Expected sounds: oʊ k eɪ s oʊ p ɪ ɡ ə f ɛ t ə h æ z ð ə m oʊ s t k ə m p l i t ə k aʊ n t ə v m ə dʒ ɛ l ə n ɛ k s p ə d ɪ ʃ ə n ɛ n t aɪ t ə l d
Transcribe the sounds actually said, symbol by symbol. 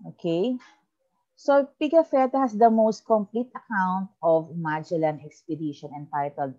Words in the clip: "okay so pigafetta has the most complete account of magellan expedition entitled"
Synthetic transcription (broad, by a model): oʊ k eɪ s oʊ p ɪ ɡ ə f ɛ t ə h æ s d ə m oʊ s t k ə m p l i t ə k aʊ n t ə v m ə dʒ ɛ l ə n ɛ k s p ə d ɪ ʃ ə n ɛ n t aɪ t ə l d